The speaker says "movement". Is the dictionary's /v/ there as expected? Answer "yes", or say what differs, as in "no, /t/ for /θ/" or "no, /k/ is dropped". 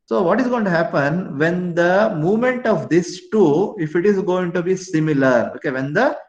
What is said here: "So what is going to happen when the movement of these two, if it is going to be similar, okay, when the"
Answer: yes